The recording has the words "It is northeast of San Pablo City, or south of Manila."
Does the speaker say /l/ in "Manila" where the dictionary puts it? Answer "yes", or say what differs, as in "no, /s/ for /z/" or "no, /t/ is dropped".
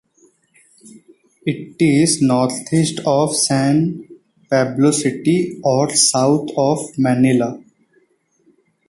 yes